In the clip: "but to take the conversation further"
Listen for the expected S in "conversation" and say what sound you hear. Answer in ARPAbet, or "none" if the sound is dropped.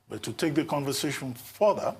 S